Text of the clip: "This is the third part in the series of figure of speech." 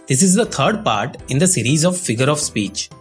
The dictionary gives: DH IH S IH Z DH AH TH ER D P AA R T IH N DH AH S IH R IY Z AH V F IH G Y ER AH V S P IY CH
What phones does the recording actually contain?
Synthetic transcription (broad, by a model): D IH S IH Z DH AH T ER D P AA R T IH N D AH S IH R IY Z AH V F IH G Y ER AH V S P IY CH